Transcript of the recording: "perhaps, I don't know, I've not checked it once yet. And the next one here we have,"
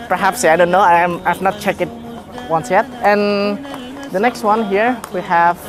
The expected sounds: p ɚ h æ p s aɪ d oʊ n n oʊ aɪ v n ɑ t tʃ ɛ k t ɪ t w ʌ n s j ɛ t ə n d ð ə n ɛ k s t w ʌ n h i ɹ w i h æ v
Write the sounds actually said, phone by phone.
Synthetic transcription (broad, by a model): p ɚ h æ p s aɪ d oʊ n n oʊ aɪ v n ɑ t tʃ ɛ k ɪ t w ʌ n s j ɛ t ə n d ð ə n ɛ k s t w ʌ n h i ɹ w i h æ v